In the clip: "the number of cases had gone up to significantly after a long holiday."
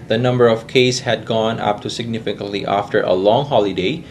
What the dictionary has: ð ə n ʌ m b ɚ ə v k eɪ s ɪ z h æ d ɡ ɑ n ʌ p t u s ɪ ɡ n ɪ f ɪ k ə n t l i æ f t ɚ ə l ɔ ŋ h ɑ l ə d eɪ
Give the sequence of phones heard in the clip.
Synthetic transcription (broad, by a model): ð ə n ʌ m b ɚ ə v k eɪ ɪ s h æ d ɡ ɑ n ʌ p t u s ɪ ɡ n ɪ f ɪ k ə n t l i æ f t ɚ ə l ɔ ŋ h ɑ l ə d eɪ